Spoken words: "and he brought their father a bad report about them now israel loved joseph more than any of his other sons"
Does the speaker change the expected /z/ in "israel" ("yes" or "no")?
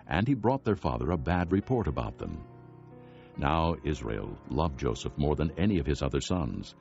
no